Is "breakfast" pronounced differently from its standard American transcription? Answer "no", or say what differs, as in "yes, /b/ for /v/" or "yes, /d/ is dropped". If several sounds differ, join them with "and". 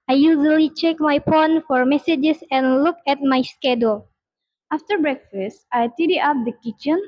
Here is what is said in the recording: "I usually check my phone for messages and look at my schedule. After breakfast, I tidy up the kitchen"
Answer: no